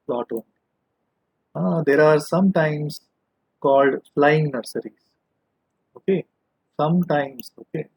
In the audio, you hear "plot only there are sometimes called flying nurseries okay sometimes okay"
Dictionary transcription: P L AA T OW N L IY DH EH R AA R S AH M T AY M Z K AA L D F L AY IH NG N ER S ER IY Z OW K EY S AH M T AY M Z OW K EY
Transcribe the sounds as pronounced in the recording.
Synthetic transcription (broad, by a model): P L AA T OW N IY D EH R AA R S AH M T AY M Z K AA L D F L AY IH NG N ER S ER IY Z OW K EY S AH M T AY M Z OW K EY